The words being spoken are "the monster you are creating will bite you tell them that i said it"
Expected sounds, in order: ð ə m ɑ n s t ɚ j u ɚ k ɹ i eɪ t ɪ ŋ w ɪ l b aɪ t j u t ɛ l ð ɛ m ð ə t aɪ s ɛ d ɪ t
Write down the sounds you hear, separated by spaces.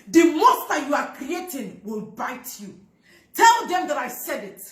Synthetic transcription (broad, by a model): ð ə m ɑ s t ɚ j u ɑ k ɹ i eɪ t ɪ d w ɪ l b aɪ t j u t ɛ l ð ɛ m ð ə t aɪ s ɛ d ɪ t